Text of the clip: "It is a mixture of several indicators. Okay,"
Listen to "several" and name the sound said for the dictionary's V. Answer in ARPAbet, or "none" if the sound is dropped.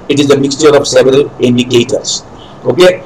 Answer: V